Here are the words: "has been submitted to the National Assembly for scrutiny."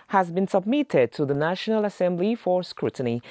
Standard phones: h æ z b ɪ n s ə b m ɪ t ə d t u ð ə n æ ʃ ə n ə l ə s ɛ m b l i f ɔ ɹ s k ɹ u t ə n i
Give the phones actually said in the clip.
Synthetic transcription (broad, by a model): h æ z b ɪ n s ə b m ɪ t ə d t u ð ə n æ ʃ ə n ə l ə s ɛ m b l i f ɔ ɹ s k ɹ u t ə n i